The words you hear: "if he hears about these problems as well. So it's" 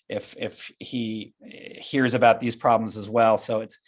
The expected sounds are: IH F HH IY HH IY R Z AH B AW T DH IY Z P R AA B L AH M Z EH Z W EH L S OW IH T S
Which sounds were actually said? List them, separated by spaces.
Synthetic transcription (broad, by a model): IH F HH IY HH IY R Z AH B AW T DH IY Z P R AA B L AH M Z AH Z W EH L S OW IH T S